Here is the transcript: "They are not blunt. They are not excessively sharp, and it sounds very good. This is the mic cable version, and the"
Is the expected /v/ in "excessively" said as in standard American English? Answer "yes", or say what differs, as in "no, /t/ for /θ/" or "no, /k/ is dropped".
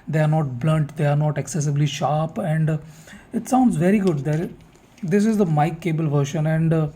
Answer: no, /b/ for /v/